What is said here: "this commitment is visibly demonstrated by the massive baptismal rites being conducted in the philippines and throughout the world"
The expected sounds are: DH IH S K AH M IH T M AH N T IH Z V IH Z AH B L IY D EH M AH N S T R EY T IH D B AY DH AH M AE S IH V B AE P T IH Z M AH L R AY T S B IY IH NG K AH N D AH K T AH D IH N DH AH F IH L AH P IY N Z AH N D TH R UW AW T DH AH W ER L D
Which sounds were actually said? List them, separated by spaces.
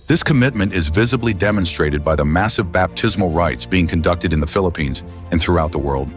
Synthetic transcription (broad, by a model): DH IH S K AH M IH T M AH N T IH Z V IH Z AH B L IY D EH M AH N S T R EY T IH D B AY DH AH M AE S IH V B AE P T IH Z M L R AY T S B IY IH NG K AH N D AH K T AH D IH N DH AH F IH L AH P IY N Z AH N TH R UW AW T DH AH W ER L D